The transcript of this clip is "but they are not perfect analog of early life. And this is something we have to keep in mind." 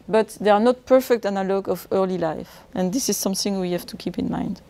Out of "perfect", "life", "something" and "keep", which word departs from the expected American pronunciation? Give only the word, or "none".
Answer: none